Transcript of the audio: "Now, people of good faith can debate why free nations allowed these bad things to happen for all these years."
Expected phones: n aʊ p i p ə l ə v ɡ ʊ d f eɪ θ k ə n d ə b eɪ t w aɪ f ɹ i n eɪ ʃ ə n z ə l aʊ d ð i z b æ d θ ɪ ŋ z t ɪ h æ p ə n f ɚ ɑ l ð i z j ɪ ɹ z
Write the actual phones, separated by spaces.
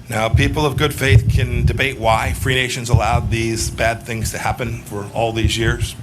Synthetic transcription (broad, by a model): n aʊ p i p l ə v ɡ ʊ d f eɪ θ k ə n d ə b eɪ t w aɪ f ɹ i n eɪ ʃ ə n z ə l aʊ d ð i z b æ d θ ɪ ŋ z t ɪ h æ p ə n f ɚ ɑ l ð i z j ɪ ɹ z